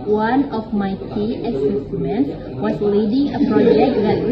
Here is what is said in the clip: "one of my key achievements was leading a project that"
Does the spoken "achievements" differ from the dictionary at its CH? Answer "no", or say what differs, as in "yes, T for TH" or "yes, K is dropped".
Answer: yes, S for CH